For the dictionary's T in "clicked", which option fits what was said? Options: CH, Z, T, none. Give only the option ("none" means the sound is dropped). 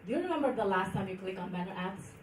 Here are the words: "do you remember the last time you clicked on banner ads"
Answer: none